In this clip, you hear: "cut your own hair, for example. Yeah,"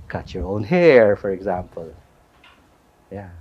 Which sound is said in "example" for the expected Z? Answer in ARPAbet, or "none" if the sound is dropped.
Z